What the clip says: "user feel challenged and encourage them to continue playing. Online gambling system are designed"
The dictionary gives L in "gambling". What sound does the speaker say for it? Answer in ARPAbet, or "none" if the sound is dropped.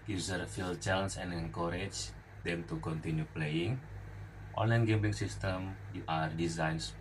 none